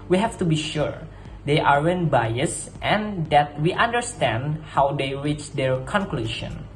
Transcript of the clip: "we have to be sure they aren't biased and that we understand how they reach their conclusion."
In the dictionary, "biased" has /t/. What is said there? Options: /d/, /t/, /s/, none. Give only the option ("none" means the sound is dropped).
/t/